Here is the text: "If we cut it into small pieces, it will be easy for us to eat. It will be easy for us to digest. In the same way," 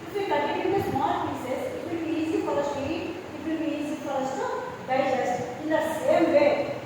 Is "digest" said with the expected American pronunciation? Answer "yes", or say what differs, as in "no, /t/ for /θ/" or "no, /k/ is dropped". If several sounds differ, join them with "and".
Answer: no, /t/ is dropped